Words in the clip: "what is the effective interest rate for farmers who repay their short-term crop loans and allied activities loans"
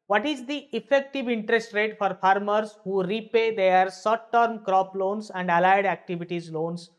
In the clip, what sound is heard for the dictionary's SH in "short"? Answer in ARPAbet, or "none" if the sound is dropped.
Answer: S